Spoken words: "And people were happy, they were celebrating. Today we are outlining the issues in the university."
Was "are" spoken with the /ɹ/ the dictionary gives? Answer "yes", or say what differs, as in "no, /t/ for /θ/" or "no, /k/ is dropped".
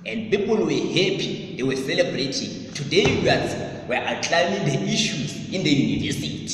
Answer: no, /w/ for /ɹ/